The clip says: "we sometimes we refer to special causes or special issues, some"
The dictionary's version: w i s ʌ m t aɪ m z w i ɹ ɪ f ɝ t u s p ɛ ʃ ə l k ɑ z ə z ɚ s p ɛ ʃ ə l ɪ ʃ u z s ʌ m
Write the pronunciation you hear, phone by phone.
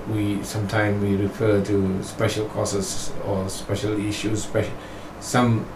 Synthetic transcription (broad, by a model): w i s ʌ m t aɪ m w i ɹ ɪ f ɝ t u s p ɛ ʃ ə l k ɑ s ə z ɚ s p ɛ ʃ ə l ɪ ʃ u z s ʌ m